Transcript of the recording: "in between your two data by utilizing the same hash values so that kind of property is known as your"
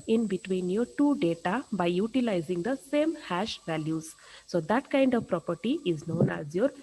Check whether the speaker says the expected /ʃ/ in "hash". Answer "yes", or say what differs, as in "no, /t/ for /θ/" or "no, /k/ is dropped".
yes